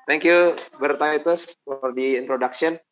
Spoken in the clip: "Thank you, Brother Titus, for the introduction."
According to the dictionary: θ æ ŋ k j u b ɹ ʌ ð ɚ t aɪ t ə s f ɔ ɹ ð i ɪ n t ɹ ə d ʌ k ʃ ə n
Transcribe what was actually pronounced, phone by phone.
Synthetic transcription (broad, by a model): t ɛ ŋ k j u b ʌ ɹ t aɪ t ə s f ɔ ɹ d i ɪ n t ɹ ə d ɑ k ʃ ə n